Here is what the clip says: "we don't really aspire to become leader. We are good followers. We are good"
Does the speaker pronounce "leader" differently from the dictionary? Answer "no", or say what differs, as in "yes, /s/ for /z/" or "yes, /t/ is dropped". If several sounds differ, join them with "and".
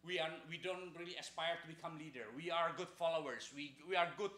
no